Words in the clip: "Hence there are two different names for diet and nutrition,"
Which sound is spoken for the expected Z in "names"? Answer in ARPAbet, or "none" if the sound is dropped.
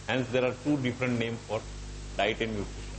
none